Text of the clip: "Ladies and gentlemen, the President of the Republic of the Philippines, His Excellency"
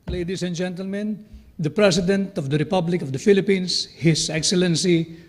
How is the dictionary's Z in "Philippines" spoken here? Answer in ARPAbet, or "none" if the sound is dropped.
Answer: S